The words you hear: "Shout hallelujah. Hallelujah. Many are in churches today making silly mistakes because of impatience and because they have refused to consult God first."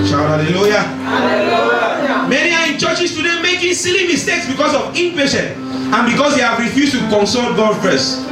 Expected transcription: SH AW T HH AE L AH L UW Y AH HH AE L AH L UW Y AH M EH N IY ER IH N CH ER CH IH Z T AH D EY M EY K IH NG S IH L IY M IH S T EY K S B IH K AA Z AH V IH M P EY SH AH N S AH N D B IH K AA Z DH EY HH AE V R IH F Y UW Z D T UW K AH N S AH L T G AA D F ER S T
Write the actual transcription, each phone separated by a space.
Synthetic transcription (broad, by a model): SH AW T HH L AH L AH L L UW Y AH M EH N IY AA IH N CH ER CH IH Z T AH D EY M EY K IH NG S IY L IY M IH S T EY K S B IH K AA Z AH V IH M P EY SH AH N AH N B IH K AA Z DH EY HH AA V R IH F Y UW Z T UW K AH N S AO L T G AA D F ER S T